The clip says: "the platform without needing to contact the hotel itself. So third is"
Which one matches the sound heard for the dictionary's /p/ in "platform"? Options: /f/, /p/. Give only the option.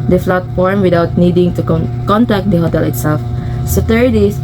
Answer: /f/